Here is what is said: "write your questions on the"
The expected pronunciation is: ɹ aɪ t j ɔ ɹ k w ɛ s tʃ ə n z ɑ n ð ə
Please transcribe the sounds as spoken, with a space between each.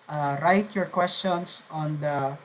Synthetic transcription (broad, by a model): ɹ aɪ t j ɔ ɹ k w ɛ s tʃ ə n s ɑ n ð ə